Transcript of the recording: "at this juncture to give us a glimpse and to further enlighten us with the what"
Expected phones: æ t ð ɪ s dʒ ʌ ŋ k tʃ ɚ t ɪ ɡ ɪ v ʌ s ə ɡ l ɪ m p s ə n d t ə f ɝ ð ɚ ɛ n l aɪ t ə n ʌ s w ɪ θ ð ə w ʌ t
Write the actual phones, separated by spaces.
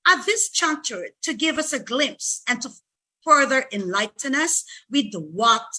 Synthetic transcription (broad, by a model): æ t ð ɪ s tʃ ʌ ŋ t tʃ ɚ t ɪ ɡ ɪ v ʌ s ə ɡ l ɪ m p s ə n t ə f ɝ ð ɚ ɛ n l aɪ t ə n ʌ s w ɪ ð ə w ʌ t